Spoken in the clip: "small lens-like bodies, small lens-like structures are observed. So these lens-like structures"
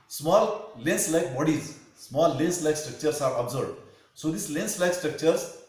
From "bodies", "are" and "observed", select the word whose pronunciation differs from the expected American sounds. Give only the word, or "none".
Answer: observed